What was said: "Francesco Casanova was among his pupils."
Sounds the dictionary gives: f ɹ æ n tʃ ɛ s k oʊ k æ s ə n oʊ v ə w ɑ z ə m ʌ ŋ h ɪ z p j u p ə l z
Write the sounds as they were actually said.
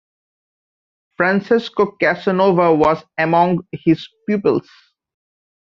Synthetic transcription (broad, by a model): f ɹ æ n s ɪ s k oʊ k æ s ə n oʊ v ə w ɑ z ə m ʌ ŋ h ɪ z p j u p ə l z